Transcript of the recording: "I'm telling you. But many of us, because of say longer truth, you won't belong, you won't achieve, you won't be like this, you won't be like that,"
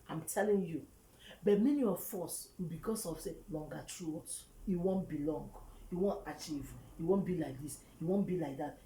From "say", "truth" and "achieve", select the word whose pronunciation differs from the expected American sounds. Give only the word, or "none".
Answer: truth